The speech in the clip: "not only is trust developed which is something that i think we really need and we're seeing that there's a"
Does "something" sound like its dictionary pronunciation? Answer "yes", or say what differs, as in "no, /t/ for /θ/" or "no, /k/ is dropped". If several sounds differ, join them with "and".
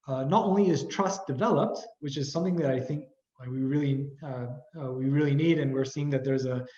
yes